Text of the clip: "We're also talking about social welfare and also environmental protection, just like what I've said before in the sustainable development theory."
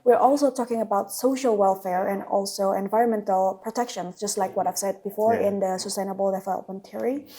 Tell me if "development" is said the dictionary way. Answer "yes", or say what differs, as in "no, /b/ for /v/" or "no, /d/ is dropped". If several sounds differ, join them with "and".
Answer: no, /f/ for /v/ and /m/ is dropped